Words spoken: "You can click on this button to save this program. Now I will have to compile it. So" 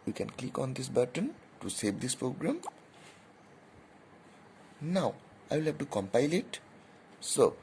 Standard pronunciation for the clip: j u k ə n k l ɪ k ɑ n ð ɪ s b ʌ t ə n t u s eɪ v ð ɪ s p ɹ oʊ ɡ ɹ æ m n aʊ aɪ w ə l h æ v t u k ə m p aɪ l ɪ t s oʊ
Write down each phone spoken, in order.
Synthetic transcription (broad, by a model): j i k ə n k l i k ɑ n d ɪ s b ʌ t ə n t u s eɪ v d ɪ s p ɹ oʊ ɡ ɹ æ m n aʊ aɪ w ə l h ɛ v t u k ə m p aɪ l ɪ t s oʊ